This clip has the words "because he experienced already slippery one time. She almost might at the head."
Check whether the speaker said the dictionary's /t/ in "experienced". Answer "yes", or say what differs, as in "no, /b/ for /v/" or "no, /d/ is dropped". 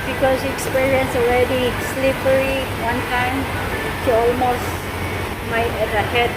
no, /t/ is dropped